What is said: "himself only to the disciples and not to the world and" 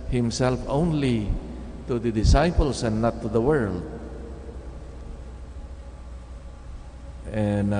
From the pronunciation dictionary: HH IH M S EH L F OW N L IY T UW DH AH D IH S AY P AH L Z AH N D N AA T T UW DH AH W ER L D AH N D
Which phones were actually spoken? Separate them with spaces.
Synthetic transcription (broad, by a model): HH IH M S EH L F OW N L IY T UW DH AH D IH S AY P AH L S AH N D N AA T T UW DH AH W ER L D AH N